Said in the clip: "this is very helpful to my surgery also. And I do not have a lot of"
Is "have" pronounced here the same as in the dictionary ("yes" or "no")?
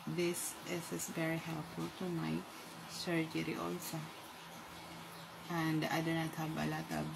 no